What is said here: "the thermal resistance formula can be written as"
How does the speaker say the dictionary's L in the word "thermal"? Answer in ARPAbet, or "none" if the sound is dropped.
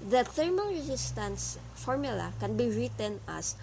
N